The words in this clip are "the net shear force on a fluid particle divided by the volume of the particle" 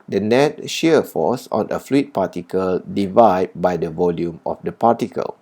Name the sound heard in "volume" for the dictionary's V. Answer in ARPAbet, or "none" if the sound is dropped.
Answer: V